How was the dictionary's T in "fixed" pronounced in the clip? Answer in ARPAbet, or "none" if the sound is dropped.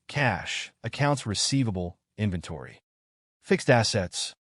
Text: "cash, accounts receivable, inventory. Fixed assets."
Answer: T